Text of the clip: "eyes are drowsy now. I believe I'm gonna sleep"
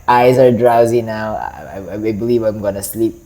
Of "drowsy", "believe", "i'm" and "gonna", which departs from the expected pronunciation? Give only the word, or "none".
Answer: none